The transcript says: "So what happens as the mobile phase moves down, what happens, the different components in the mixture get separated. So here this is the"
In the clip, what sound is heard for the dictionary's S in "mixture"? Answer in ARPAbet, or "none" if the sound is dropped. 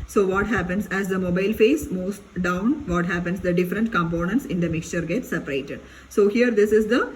S